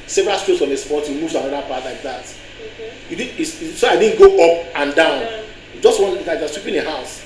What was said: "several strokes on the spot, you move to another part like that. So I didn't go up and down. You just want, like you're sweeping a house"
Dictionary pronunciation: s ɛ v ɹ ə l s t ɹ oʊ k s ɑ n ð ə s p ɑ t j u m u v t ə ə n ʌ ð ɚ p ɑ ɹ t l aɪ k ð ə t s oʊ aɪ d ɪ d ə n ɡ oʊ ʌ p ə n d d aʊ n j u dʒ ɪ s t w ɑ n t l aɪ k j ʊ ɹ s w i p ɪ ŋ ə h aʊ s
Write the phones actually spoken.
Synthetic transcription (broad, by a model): s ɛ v ɹ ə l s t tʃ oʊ s ɑ n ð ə s p ɑ t j u m u v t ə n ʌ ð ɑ p ɑ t l aɪ k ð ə t s oʊ aɪ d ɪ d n ɡ oʊ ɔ p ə n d d aʊ n j u dʒ ɪ s t w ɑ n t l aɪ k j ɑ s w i p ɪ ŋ ə h aʊ s